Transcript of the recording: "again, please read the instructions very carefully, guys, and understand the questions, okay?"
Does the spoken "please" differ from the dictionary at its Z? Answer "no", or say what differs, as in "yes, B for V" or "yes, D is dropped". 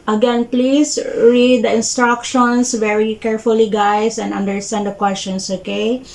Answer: yes, S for Z